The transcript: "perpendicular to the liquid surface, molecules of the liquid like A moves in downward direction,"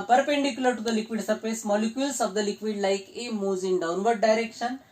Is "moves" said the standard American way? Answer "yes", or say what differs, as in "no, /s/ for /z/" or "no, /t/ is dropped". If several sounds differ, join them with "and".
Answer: no, /v/ is dropped